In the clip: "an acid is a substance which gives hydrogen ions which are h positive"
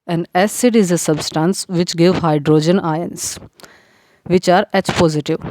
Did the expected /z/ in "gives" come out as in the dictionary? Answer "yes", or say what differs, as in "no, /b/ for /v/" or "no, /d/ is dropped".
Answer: no, /z/ is dropped